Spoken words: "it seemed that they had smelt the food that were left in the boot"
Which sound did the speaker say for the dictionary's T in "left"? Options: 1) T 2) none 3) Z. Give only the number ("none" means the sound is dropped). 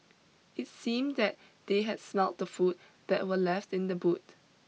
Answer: 1